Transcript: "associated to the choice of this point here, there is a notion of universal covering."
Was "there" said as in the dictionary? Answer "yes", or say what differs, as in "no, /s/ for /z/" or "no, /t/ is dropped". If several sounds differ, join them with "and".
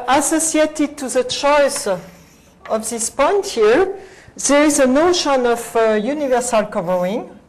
yes